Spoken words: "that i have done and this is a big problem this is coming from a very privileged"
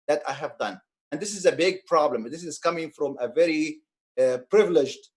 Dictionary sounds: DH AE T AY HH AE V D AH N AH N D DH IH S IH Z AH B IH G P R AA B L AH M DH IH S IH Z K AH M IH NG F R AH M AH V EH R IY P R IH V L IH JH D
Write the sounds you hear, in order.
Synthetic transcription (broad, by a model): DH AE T AY HH AE V D AH N AH N D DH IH S IH Z AH B IH G P R AA B L AH M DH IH S IH Z K AH M IH NG F R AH M AH V EH R IY P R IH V L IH JH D